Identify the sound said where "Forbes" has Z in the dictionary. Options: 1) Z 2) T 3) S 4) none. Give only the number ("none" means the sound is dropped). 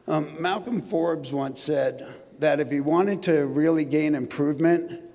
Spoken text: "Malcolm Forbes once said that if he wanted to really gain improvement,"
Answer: 1